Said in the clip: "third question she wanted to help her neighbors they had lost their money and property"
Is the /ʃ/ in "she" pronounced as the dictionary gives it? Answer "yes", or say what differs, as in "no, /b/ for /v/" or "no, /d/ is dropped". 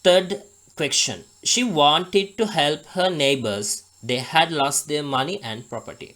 yes